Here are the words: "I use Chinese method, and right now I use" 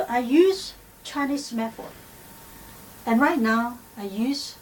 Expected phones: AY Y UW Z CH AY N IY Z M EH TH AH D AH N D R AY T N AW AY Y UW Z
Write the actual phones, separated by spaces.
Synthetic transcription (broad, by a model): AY Y UW Z CH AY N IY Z M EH F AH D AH N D R AY T N AW AY Y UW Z